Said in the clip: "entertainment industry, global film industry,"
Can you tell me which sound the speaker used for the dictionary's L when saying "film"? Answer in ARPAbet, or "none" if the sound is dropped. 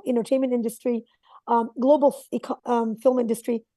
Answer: L